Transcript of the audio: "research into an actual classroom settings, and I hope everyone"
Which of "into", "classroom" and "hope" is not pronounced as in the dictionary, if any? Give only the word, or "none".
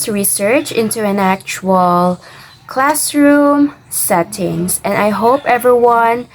none